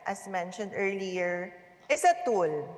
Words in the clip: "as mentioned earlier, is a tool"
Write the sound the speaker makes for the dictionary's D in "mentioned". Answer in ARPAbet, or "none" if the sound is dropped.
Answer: D